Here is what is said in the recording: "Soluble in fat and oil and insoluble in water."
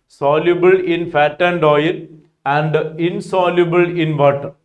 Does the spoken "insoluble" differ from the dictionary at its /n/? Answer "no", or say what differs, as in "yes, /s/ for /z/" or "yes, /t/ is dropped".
no